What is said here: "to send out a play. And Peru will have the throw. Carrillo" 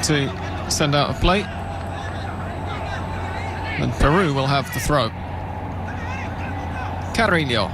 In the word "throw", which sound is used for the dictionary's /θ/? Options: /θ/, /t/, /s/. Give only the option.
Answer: /θ/